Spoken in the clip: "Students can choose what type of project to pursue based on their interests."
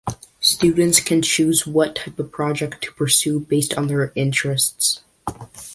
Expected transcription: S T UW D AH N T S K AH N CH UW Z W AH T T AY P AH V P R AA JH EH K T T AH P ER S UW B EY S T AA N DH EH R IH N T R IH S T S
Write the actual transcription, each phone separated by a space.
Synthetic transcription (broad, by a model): S T UW D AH N T S K AH N CH UW Z W AH T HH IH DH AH P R AA JH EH K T T AH P ER S UW B EY S T N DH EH R IH N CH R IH S T S